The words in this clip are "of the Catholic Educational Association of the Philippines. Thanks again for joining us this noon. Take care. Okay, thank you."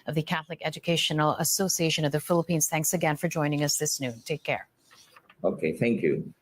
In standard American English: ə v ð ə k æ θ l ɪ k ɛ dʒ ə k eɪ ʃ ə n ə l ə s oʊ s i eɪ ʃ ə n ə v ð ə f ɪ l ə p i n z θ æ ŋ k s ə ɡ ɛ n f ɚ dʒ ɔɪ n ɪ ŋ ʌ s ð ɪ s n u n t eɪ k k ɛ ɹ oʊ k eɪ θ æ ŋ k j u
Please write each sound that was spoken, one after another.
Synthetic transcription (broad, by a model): ə v ð ə k æ θ l ɪ k ɛ dʒ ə k eɪ ʃ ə n l ə s oʊ s i eɪ ʃ ə n ə v ð ə f ɪ l ə p i n z θ æ ŋ k s ə ɡ ɛ n f ɚ dʒ ɔɪ n ɪ ŋ ʌ s ð ɪ s n u n t eɪ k k ɛ ɹ oʊ k eɪ θ æ ŋ k j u